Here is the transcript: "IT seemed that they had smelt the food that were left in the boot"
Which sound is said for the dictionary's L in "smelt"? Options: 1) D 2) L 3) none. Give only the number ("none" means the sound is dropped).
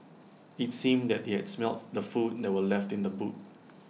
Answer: 2